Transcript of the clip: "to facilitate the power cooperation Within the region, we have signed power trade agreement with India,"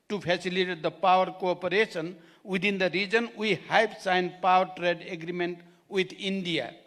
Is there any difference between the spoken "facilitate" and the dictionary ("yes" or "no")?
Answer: yes